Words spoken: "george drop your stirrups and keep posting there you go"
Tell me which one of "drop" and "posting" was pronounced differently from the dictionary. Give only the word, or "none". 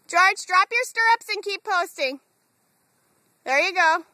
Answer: none